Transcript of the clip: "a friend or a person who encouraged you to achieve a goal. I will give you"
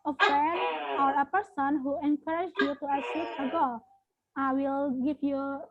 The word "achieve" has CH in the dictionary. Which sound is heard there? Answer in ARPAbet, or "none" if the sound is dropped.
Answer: S